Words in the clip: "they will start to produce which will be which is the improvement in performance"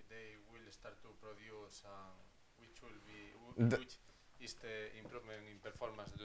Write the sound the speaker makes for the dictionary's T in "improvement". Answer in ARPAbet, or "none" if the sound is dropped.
none